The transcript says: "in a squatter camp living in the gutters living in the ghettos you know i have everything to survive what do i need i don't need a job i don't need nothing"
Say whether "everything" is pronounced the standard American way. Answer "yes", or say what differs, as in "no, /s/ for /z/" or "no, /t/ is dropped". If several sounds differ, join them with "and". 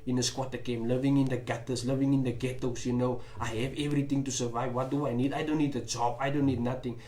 no, /t/ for /θ/